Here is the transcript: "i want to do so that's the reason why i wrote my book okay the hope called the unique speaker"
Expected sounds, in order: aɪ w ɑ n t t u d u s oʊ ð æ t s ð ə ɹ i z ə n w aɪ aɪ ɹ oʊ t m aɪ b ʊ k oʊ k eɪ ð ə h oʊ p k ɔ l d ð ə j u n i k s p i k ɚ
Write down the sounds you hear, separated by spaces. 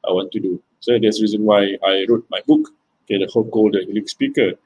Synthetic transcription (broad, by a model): aɪ w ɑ n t t u d u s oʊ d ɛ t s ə ɹ i z ə n w aɪ aɪ ɹ oʊ t m aɪ b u k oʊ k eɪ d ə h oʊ k ɔ l d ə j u l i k s p i k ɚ